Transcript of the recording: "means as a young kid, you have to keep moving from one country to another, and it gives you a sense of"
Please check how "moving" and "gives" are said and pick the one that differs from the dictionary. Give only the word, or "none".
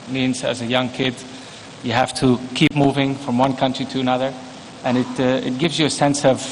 none